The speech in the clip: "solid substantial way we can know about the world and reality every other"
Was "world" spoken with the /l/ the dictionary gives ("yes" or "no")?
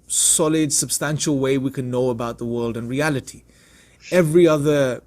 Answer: yes